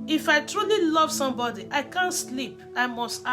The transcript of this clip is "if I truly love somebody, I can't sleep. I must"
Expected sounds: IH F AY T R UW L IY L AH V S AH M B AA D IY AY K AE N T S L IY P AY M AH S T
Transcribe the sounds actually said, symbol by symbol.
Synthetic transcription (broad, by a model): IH F AY T R UW L IY L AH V S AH M B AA D IY AY K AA N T S L IY P AY M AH S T